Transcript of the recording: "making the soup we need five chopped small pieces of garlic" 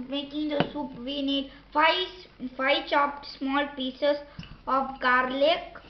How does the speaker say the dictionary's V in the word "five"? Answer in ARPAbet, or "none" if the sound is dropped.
F